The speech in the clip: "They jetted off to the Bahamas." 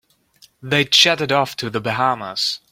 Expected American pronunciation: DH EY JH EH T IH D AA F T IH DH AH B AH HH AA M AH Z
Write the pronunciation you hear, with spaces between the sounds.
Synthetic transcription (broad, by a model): DH EY CH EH T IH D AA F T IH DH AH B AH HH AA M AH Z